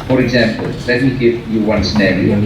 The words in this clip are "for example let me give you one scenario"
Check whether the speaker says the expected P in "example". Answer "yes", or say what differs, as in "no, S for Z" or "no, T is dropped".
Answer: yes